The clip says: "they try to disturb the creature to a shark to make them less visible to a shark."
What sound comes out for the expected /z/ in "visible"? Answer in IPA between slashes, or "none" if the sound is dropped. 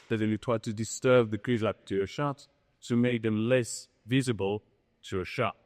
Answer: /z/